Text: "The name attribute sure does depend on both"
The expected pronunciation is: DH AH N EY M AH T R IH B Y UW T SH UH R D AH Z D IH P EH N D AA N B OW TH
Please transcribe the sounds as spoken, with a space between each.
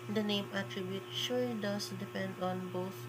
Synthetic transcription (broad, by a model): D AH N EY M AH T R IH B Y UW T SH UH L D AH S D IH P EH N D AA N B OW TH